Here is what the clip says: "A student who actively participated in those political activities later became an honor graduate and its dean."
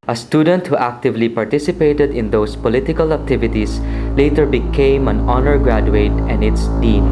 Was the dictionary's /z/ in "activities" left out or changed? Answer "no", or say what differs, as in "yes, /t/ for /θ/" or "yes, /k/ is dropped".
yes, /s/ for /z/